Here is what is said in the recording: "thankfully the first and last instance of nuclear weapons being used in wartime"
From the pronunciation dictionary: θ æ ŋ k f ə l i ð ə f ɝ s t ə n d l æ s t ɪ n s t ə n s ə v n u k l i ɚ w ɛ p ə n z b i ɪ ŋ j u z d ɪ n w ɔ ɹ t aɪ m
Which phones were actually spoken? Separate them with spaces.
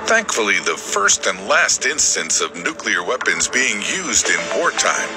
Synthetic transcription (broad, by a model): θ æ ŋ k f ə l i ð ə f ɝ s t ə n d l æ s t ɪ n s t ə n s ə v n u k l i ɚ w ɛ p ə n z b i ɪ ŋ j u z d ɪ n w ɔ ɹ t aɪ m